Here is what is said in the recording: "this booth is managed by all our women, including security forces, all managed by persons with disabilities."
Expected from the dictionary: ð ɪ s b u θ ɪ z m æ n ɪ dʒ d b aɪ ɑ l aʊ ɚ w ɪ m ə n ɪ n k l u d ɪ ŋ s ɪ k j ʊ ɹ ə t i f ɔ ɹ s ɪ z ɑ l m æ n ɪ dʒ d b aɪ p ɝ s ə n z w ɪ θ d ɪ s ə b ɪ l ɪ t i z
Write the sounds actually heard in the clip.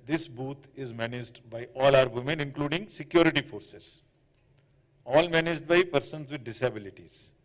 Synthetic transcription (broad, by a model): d ɪ s b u t ɪ z m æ n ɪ dʒ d b aɪ ɑ l aʊ ɚ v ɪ m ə n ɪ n k l u d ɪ ŋ s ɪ k j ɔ ɹ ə t i f ɔ ɹ s ɪ z ɑ l m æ n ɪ dʒ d b aɪ p ɝ s ə n z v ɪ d d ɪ s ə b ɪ l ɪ t i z